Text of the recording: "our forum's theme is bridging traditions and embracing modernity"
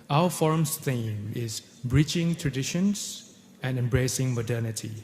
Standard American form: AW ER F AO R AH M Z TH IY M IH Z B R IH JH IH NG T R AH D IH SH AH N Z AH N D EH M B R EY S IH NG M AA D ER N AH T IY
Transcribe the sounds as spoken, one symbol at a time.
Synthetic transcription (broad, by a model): AW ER F AO R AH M S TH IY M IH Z B R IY CH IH NG T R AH D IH SH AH N S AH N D EH M B R EY S IH NG M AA D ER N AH T IY